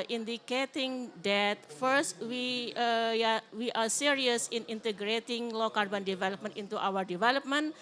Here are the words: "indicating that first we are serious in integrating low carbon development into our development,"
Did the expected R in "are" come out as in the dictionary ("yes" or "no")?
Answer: no